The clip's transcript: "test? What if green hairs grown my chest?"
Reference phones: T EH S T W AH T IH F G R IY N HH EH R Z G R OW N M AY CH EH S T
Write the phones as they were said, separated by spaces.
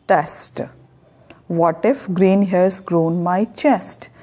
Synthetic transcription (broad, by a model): T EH S T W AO T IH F G R IY N HH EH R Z G R OW N M AY CH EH S T